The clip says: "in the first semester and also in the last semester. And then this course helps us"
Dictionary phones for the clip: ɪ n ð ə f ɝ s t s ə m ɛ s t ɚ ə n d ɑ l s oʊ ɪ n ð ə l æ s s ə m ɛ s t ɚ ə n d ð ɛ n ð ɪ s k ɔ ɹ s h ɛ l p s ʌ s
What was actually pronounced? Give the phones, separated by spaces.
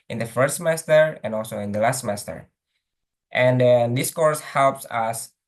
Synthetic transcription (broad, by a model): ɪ n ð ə f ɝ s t s ə m ɛ s t ɚ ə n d ɑ l s oʊ ɪ n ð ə l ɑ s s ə m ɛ s t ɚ ə n d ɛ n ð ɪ s k ɔ ɹ s h ɛ l p s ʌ s